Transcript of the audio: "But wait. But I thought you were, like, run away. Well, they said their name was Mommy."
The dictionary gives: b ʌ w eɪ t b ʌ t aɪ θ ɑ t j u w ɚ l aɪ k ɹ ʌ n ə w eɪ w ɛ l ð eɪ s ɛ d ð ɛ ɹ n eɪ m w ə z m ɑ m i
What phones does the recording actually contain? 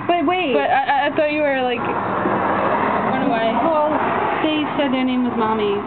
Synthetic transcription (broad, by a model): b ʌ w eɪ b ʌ t aɪ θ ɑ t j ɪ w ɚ l aɪ k w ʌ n ə w eɪ w ɛ l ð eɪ s ɛ d ð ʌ ɹ n eɪ m w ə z m ɑ m i